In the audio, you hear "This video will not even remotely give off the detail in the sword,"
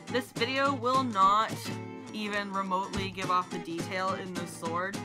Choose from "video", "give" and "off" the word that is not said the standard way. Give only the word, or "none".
none